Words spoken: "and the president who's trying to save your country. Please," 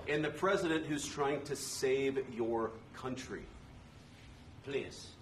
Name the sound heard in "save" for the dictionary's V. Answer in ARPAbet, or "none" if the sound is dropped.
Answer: V